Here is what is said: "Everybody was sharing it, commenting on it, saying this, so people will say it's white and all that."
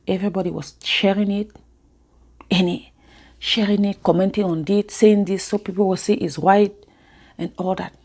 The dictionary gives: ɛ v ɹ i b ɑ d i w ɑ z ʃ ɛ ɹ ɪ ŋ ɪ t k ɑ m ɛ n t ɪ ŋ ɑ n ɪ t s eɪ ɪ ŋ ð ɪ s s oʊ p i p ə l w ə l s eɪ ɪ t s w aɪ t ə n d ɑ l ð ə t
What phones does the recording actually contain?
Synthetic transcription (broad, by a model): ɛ v ɹ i b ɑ d i w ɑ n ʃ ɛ ɹ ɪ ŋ ɪ t k ɑ m ɛ n t ɪ ŋ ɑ n ɪ t s eɪ ɪ ŋ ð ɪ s s oʊ p i p ə l w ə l s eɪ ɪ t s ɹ aɪ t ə n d ɑ l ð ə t